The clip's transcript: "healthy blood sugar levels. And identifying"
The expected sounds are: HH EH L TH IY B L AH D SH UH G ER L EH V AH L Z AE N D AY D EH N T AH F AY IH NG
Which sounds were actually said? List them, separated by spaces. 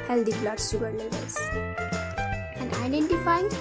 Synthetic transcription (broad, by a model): HH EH L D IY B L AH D S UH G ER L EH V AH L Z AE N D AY D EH N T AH F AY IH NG